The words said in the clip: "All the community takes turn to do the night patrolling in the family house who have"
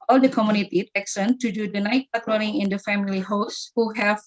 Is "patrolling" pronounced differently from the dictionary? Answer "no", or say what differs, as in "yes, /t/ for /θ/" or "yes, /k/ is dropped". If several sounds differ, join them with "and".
yes, /n/ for /l/